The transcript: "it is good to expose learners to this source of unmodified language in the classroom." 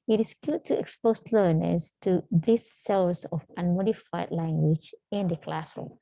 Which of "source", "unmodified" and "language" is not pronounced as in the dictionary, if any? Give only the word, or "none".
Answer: source